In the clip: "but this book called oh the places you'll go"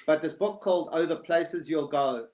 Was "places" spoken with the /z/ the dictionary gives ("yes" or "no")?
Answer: yes